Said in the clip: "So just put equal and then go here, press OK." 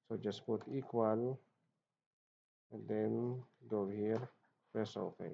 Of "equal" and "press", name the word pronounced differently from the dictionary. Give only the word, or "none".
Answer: press